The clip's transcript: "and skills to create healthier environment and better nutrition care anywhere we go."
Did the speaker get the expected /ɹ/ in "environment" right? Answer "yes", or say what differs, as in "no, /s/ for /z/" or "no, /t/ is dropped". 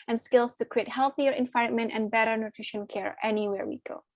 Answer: no, /ɹ/ is dropped